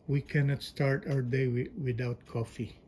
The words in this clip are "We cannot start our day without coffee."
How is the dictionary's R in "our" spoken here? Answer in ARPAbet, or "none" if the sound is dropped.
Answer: W